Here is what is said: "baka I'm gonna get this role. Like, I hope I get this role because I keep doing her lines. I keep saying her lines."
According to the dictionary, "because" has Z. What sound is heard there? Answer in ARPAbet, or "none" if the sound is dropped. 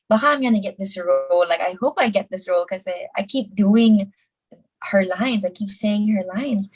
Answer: none